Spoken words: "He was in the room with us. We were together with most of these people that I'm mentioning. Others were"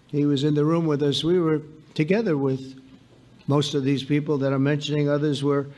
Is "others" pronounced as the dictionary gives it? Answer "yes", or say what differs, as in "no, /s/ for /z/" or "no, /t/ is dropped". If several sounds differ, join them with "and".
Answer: yes